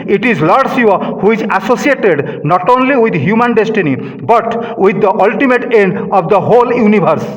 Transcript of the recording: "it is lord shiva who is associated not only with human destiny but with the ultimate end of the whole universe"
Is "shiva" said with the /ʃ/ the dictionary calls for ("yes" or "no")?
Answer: no